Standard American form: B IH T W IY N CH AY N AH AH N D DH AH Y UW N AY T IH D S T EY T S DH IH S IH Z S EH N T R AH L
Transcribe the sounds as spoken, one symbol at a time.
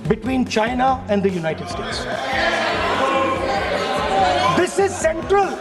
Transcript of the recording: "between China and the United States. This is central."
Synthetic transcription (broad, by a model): B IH T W IY N CH AY N AH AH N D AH Y UW N AY T IH D S T EY T S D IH S IH Z S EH N T R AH L